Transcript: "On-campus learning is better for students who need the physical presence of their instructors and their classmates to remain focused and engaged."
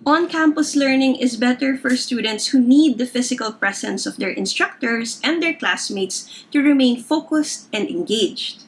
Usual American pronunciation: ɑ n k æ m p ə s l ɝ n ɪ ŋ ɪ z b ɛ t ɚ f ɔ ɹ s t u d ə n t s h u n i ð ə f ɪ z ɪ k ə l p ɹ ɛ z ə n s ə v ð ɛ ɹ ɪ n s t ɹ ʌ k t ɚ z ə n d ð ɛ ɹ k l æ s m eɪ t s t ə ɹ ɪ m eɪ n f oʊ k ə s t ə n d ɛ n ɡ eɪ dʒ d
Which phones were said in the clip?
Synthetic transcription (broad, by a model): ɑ n k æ m p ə s l ɝ n ɪ ŋ ɪ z b ɛ t ɚ f ɔ ɹ s t u d ə n t s h u n i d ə f ɪ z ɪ k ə l p ɹ ɛ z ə n s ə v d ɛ ɹ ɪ n s t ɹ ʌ k t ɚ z ə n d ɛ ɹ k l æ s m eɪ t s t ə ɹ ɪ m eɪ n f oʊ k ə s t ə n d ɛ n ɡ eɪ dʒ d